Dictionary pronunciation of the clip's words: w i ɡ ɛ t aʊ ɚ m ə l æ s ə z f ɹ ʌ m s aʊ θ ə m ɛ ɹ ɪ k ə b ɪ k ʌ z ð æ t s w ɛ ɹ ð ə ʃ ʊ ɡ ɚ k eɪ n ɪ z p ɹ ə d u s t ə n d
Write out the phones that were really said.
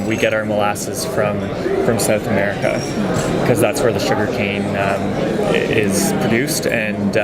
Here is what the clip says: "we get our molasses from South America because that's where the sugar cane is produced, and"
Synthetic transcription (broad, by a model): w i ɡ ɛ t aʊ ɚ m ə l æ s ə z f ɹ ʌ m s aʊ θ ə m ɛ ɹ ɪ k ə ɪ k ʌ z ð æ t s w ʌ ɹ ð ə ʃ ʊ ɡ ɚ k eɪ n ɪ z p ɹ ə d u s t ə n